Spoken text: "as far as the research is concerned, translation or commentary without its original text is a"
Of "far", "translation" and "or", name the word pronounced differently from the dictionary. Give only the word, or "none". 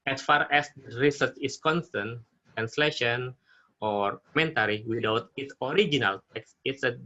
none